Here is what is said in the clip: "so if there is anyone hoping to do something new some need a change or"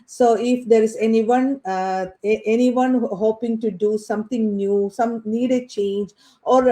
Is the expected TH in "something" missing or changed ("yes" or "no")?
yes